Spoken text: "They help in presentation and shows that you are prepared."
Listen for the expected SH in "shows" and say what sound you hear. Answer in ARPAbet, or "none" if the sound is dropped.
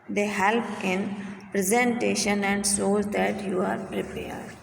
S